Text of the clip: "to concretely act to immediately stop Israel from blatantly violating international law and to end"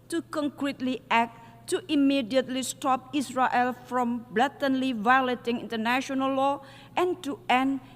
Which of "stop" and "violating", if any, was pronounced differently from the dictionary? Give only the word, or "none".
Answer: none